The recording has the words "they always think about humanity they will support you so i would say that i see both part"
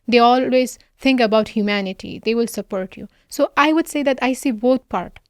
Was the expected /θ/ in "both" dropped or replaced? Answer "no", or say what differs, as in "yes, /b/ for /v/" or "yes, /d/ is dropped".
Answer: yes, /t/ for /θ/